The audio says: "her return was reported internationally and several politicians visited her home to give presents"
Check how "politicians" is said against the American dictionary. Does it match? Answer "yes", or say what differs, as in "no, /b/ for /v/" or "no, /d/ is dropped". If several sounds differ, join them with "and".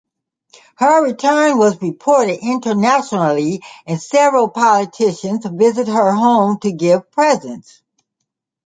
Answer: yes